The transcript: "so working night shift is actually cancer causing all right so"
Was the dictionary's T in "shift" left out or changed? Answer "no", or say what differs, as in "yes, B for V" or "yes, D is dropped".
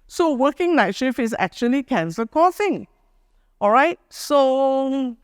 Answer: yes, T is dropped